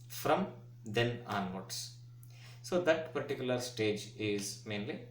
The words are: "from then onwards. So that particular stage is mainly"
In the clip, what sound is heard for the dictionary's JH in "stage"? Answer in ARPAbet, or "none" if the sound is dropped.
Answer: JH